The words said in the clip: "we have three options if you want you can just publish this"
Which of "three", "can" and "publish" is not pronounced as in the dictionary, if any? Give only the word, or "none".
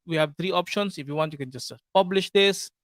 three